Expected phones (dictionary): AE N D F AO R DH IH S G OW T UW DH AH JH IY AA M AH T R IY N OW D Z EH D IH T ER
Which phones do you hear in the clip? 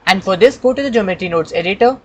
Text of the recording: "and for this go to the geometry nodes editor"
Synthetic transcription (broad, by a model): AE N D F AO R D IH S G OW T UW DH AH JH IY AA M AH T IY N OW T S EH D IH T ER